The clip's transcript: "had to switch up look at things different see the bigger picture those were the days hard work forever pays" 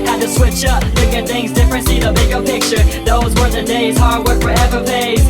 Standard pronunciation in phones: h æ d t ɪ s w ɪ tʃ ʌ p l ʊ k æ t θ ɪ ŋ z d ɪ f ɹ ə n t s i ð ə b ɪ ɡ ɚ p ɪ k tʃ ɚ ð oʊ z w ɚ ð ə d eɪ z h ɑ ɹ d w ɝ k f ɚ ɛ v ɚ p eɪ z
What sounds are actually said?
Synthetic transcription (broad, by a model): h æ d t ɪ s w ɪ tʃ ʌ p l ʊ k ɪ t θ ɪ ŋ z d ɪ f ɹ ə n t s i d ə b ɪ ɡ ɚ p ɪ k tʃ ɚ ð oʊ z w ɚ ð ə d eɪ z h ɑ ɹ d w ɝ k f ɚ ɛ v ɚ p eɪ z